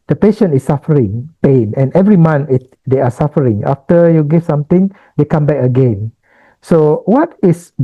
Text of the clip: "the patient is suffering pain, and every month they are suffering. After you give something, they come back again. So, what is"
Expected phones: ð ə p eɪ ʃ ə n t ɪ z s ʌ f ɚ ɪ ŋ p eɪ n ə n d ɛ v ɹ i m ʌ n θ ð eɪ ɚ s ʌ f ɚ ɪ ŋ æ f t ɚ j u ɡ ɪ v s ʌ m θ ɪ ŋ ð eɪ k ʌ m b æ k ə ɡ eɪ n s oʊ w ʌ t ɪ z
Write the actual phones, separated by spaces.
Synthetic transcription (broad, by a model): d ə p eɪ ʃ ə n t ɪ s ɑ f ɚ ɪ ŋ p eɪ n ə n ɛ v ɹ i m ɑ n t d eɪ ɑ s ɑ f ɚ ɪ ŋ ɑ f t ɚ j u ɡ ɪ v s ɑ m t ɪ ŋ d eɪ k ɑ m b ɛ k ə ɡ eɪ n s oʊ w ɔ t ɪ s